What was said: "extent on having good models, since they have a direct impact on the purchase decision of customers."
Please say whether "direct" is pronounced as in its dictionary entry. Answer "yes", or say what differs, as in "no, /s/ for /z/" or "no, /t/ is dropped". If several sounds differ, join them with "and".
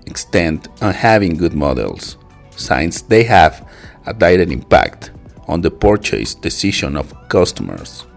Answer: no, /k/ is dropped